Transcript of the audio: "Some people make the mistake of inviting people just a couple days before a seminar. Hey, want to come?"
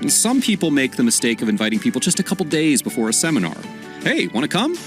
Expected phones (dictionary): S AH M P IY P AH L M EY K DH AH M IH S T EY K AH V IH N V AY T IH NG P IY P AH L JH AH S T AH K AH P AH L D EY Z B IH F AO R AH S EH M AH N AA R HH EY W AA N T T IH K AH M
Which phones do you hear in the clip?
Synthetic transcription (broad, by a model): S AH M P IY P L M EY K DH AH M IH S T EY K AH V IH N V AY T IH NG P IY P L JH AH S T AH K AH P L D EY Z B IH F AO R AH S EH M AH N AA R HH EY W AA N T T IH K AH M